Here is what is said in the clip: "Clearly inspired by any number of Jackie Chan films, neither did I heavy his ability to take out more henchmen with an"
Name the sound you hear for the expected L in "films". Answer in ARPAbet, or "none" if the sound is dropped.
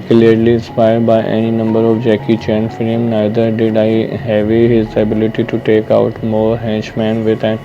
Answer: none